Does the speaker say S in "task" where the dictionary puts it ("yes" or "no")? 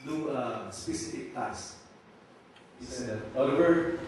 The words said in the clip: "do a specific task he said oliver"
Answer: no